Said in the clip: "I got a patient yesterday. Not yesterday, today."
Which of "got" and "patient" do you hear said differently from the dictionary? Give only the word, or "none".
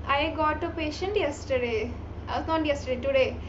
none